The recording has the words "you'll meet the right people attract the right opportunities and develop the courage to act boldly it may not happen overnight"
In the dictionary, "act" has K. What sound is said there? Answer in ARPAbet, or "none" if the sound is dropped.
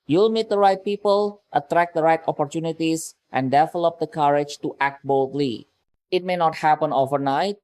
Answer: K